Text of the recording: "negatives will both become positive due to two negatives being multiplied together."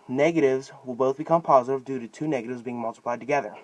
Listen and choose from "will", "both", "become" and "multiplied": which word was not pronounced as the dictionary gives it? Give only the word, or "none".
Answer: none